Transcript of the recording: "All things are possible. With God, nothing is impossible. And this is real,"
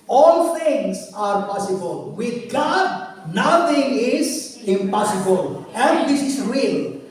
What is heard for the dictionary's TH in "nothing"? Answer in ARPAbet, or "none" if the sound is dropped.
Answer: T